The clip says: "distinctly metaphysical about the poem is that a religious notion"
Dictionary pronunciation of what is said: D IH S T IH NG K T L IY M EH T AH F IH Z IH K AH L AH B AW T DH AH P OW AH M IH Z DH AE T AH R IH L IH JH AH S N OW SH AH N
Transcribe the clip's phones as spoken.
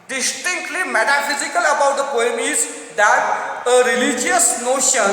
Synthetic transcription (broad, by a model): D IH S T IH NG K T L IY M EH T AH F IH Z IH K AH L AH B AW T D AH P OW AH M IH Z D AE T AH R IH L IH JH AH S N OW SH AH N